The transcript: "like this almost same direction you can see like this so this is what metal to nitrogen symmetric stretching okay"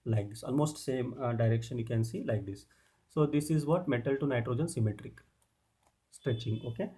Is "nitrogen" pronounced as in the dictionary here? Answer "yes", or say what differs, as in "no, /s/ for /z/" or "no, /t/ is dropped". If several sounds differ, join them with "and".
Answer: yes